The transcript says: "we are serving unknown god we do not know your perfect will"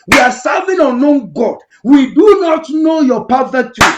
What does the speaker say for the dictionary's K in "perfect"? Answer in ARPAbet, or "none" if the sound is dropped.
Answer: none